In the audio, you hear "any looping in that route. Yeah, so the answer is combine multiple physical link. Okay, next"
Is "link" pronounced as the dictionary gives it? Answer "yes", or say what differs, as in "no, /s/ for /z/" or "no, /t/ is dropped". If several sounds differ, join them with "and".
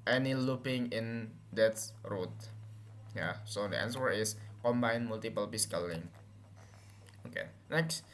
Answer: no, /k/ is dropped